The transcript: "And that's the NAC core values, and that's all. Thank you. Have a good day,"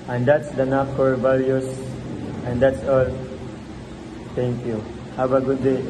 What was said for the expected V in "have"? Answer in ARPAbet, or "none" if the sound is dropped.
B